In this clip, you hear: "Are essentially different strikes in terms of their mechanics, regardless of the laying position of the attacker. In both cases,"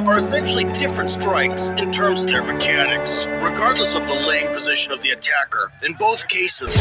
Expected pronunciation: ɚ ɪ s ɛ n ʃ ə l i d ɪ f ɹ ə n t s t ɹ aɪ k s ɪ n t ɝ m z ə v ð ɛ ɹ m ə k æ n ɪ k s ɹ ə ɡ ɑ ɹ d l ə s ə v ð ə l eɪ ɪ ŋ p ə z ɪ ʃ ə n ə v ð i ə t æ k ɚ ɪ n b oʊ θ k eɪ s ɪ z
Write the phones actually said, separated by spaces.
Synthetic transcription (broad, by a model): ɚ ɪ s ɛ n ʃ l i d ɪ f ɹ ə n t s t ɹ aɪ k s ɪ n t ɝ m z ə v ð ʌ ɹ m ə k æ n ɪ k s ɹ ə ɡ ɑ ɹ d l ə s ə v ð ə l eɪ ɪ ŋ p ə z ɪ ʃ ə n ə v ð i ə t æ k ɚ ɪ n b oʊ θ k eɪ s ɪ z